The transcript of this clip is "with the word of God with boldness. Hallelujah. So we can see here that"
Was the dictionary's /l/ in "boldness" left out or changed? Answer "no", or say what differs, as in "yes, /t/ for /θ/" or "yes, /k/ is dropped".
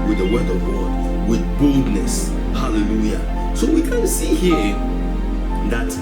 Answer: no